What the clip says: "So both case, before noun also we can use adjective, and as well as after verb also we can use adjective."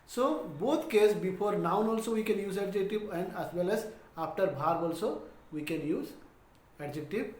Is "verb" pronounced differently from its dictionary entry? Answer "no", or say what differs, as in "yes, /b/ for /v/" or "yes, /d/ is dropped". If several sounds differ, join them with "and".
yes, /b/ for /v/